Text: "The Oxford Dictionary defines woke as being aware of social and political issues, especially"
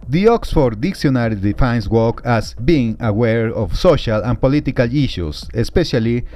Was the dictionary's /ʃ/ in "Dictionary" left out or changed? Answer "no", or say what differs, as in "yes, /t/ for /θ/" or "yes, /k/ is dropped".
yes, /s/ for /ʃ/